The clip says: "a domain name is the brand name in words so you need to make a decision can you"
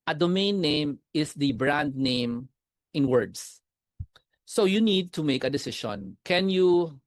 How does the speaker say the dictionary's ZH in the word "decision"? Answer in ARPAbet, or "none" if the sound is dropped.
SH